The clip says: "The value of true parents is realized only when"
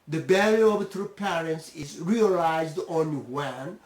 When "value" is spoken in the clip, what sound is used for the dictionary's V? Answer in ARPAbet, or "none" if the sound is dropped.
B